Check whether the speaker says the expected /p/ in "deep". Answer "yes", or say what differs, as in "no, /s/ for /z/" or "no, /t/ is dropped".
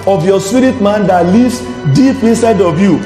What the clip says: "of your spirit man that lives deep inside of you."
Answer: yes